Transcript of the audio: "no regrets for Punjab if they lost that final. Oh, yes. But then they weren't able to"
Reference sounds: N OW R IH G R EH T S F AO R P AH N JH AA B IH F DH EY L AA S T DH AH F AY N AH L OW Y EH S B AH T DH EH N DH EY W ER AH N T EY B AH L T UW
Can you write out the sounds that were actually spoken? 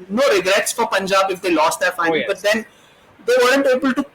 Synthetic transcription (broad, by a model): N OW R IH G R EH T S F AO R P AH N JH AA B IH F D EY L AA S T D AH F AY AH B AH T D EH N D EY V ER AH N T EY B AH L T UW